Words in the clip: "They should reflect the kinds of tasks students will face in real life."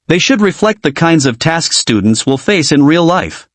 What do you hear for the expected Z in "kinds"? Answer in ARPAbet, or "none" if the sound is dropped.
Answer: Z